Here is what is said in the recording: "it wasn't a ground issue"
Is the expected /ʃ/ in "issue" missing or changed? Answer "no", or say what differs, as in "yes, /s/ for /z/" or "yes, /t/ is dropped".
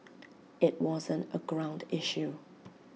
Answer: no